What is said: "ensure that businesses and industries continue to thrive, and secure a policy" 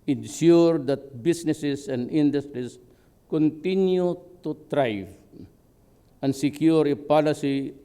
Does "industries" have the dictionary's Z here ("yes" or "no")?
no